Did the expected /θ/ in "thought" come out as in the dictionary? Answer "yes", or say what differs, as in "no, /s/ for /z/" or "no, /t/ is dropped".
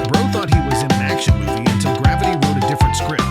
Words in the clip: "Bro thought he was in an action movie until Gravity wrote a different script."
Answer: yes